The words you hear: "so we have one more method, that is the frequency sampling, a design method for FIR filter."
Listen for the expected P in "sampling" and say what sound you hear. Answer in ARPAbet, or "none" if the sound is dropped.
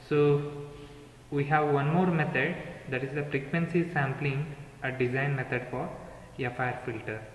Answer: P